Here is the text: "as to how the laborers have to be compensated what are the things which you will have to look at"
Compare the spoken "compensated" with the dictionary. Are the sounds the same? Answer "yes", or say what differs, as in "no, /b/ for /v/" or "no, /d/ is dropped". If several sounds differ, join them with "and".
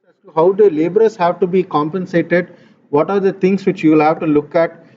yes